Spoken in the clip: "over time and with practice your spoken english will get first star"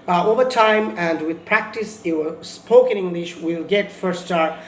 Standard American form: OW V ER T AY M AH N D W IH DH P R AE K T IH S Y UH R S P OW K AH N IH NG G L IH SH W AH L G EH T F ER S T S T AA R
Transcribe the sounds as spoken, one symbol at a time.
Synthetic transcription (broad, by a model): OW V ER T AY M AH N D W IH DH P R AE K T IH S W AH S P OW K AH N IH NG G L IH SH W AH L G EH T F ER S S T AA R